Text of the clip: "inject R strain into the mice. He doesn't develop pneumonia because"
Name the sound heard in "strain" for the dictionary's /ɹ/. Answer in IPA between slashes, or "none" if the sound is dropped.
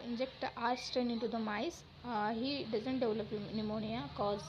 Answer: none